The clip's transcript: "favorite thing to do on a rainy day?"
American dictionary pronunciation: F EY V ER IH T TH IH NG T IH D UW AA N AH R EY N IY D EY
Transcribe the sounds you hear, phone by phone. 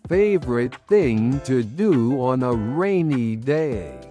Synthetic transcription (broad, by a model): F EY V ER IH T TH IH NG T IH D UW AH N AH R EY N IY D EY